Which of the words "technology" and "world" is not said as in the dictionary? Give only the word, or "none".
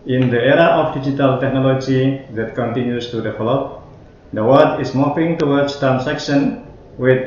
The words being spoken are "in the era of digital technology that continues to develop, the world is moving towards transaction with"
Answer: world